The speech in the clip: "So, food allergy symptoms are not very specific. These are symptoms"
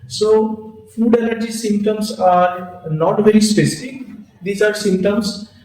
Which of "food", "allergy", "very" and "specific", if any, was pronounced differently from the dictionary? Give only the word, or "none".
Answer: allergy